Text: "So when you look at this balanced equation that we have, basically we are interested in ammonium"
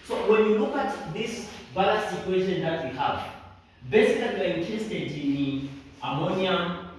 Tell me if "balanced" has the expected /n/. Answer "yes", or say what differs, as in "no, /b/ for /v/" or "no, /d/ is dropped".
no, /n/ is dropped